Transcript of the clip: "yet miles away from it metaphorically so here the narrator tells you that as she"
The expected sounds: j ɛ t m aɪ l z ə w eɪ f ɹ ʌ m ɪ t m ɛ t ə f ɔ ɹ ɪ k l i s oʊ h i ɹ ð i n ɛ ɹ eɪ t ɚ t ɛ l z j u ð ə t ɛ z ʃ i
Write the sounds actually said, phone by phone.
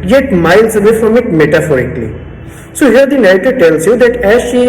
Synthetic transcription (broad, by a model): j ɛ t m aɪ l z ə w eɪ f ɹ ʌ m ɪ t m ɛ t ə f ɔ ɹ ɪ k l i s oʊ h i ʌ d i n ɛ ɪ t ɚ t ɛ l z j u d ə t ɛ z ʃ i